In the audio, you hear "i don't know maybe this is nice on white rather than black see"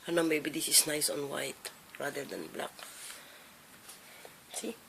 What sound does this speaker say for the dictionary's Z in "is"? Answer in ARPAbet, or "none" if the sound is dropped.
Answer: S